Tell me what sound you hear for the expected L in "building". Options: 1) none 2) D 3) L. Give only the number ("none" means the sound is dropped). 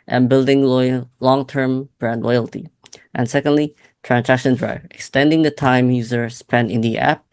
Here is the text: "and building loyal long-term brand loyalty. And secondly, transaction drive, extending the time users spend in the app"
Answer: 3